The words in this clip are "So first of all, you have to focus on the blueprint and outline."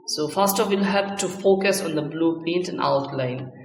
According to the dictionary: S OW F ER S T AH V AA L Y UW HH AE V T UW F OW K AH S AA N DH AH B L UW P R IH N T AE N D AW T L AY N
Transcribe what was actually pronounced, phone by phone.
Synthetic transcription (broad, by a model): S OW F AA S T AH F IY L HH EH P T UW F OW K AH S AA N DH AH B L UW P EH N T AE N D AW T L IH N